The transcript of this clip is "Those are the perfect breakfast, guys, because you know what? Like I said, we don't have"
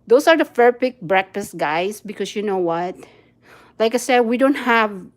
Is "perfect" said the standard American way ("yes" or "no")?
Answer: no